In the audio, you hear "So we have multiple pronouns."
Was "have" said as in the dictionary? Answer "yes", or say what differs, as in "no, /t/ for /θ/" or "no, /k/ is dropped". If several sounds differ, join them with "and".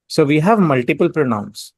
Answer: yes